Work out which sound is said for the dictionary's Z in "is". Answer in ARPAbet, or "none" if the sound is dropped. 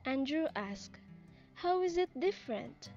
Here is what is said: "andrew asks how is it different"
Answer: Z